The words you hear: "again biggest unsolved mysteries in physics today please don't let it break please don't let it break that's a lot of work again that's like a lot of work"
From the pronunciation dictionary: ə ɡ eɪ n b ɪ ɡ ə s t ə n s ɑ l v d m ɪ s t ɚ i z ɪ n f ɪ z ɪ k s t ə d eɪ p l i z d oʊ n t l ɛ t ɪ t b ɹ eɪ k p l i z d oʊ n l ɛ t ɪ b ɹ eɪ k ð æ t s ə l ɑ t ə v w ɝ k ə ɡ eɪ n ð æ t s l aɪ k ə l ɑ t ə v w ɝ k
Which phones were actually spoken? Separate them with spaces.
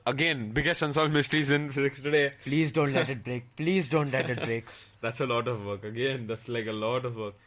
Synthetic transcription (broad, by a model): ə ɡ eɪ n b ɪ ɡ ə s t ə n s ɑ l d m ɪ s t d i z ɪ n f ɪ z ɪ k s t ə d eɪ p l i z d oʊ n t l ɛ t ɪ t b ɹ eɪ k p l i z d oʊ n l ɛ t ɪ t ɹ eɪ k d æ t s ə l ɑ t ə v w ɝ k ə ɡ eɪ n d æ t s l aɪ k ə l ɑ t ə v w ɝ k